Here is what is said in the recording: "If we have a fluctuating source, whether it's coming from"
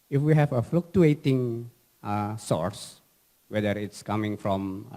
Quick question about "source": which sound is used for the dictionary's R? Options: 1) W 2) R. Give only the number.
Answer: 2